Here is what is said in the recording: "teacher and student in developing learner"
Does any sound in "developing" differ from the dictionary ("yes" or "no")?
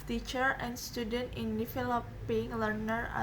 yes